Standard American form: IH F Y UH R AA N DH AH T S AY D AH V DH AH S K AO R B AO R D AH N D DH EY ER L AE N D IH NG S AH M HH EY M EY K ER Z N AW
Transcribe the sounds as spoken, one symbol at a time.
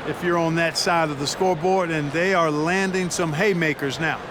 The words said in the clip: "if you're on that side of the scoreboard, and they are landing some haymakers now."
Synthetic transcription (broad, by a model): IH F Y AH R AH N DH AH T S AY D AH V DH AH S K AO R B AO R D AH N DH EY ER L AE N D IH NG S AH M HH EY M EY K ER Z N AW